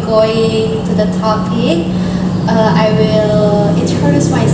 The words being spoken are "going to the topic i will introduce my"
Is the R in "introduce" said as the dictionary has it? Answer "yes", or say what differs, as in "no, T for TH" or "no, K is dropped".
no, R is dropped